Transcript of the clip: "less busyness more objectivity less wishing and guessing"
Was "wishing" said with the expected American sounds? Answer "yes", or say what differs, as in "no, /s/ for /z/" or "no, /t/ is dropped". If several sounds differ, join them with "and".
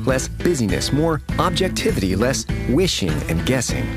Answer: yes